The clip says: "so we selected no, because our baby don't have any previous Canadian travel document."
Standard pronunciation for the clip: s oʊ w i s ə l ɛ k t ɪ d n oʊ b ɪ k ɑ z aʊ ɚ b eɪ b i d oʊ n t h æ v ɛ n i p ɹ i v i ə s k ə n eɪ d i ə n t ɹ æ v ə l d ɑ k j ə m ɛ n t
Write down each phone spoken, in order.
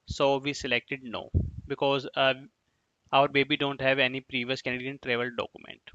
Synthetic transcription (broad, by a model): s oʊ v i s ə l ɛ k t ɪ d n oʊ b ɪ k ɑ z aʊ ɚ b eɪ b i d oʊ n t h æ v ɛ n i p ɹ i v i ə s k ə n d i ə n t ɹ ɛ v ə l d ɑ k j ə m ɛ n t